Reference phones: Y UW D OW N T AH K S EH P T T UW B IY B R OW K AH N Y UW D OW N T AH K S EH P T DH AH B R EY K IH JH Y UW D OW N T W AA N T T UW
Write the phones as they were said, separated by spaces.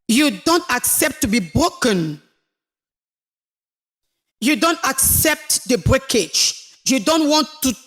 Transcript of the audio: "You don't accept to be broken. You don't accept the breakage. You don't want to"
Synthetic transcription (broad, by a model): Y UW D OW N T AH K S EH P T T UW B IY B R OW K AH N Y UW D OW N T AH K S EH P T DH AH B R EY K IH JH Y UW D OW N T W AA N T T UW